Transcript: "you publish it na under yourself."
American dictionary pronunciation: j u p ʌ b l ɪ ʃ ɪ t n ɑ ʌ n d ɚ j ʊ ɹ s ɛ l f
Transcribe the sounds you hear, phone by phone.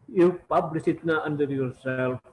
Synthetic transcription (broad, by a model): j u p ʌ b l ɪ s ɪ t n ɑ ʌ n d ɚ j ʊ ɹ s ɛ l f